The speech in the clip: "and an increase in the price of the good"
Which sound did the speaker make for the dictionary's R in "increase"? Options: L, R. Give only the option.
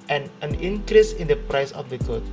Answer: R